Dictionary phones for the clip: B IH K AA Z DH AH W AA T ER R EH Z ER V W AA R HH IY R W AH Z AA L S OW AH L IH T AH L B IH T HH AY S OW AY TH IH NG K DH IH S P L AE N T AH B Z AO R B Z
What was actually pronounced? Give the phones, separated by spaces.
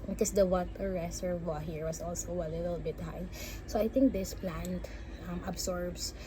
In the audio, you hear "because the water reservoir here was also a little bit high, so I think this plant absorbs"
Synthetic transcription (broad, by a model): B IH K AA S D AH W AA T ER R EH S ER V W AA HH IY R W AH S AA L S OW AH L IH T AH L B IH T HH AY S OW AY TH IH NG K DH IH S P L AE N T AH B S AO R B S